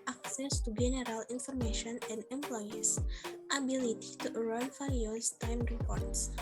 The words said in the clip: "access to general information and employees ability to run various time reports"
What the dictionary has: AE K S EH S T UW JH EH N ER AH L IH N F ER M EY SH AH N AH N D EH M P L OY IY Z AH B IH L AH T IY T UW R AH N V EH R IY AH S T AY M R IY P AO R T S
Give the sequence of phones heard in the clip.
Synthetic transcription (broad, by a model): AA K S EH S T UW JH EH N ER AH L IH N F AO M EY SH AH N AH N D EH M P L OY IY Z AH B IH L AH T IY T UW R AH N F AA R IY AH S T AY M R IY P AO R T S